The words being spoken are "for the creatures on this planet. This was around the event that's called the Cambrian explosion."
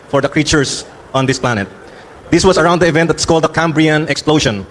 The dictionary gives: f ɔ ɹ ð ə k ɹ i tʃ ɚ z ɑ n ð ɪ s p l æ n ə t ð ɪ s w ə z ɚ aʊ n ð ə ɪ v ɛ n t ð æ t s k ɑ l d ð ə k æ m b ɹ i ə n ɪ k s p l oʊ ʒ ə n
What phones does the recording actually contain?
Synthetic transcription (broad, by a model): f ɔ ɹ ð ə k ɹ i tʃ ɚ s ɑ n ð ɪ s p l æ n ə t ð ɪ s w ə s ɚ aʊ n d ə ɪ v ɛ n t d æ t s k ɑ l d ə k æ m b ɹ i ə n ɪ k s p l oʊ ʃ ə n